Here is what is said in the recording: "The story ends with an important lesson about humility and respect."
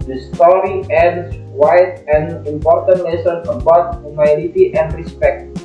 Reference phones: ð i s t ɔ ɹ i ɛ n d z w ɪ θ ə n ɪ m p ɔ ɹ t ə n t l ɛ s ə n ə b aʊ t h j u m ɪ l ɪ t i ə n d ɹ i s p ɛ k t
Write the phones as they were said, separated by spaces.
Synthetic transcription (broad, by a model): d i s t ɔ ɹ i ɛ d s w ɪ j ə n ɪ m p ɔ ɹ t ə n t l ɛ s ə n ə b aʊ t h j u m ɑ n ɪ t i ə n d ɹ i s p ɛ k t